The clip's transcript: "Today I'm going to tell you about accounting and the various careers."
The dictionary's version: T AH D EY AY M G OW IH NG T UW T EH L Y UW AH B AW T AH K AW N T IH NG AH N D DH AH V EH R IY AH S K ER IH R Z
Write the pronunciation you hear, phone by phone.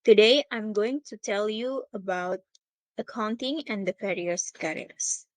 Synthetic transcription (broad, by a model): T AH D EY AY M G OW IH NG T UW T EH L Y UW AH B AW T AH K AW N T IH NG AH N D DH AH F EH R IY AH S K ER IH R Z